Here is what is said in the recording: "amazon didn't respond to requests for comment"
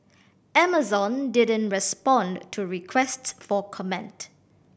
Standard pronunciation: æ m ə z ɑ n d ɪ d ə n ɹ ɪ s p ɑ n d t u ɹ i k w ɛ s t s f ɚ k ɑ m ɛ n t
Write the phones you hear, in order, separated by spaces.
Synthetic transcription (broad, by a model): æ m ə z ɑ n d ɪ d ə n ɹ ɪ s p ɑ n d t u ɹ i k w ɛ s t s f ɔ k ɑ m ɛ n t